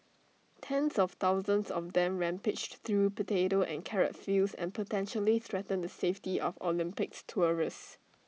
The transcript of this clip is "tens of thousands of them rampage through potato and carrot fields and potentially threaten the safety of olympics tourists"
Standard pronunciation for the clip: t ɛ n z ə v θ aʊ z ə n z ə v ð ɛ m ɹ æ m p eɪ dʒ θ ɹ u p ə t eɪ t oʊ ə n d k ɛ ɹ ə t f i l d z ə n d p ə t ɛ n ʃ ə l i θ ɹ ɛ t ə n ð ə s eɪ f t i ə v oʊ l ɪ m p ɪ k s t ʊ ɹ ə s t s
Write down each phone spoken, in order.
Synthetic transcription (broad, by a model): t ɛ n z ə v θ aʊ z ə n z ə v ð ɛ m ɹ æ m p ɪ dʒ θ ɹ u p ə t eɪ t oʊ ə n k ɛ ɹ ə t f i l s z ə n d p ə t ɛ n ʃ ə l i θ ɹ ɛ t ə n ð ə s eɪ f t i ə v oʊ l ɪ m p ɪ k s t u ɹ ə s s